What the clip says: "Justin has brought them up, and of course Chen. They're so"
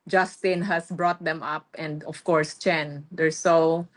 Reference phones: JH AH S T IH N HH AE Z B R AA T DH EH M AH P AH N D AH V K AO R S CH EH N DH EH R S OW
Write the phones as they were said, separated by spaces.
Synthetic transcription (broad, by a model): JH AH S T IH N HH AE S B R AA T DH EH M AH P AH N D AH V K AO R S CH EH N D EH R S OW